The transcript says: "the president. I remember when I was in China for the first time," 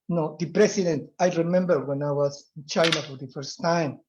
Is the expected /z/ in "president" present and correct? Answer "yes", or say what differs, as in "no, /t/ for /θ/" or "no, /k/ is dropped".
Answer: no, /s/ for /z/